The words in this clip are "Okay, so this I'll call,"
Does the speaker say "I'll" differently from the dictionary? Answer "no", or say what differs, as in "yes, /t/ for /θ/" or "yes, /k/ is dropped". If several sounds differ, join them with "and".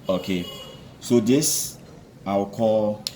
yes, /w/ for /l/